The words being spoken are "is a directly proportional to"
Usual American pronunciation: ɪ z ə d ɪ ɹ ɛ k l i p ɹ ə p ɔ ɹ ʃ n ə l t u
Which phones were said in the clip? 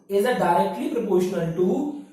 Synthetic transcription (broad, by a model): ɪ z ə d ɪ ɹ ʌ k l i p ɹ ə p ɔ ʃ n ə n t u